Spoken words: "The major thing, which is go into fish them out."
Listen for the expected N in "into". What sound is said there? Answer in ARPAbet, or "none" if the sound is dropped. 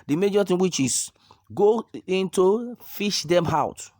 N